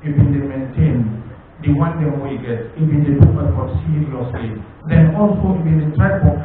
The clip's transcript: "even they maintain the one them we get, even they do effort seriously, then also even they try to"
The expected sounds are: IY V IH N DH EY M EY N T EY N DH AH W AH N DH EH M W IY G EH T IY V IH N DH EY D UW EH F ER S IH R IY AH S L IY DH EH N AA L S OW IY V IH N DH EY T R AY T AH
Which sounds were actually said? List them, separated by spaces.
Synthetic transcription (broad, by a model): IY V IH N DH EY M EY N T EY N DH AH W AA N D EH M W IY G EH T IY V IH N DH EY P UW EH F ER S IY IY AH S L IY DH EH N AA L S OW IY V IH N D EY T R AY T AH